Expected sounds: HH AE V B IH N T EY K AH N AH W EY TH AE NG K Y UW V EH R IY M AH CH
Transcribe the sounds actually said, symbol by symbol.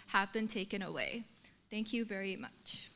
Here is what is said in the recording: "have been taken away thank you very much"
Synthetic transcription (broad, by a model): HH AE V B IH N T EY K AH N AH W EY TH AE NG K Y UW V EH R IY M AH CH